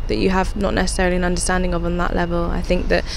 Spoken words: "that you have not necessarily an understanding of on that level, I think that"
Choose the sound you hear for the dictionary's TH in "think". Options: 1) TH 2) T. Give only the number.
1